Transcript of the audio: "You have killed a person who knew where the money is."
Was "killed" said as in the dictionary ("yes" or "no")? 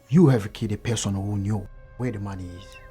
no